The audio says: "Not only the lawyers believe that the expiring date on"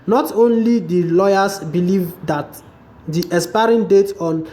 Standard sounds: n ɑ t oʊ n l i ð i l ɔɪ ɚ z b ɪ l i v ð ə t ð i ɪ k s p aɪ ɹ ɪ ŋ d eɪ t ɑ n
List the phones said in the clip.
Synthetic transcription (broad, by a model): n ɑ t oʊ n l i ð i l ɔɪ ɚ s b ɪ l i v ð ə t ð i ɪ s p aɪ ɹ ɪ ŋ d eɪ t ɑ n